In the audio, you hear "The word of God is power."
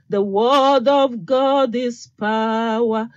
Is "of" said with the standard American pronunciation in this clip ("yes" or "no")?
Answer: yes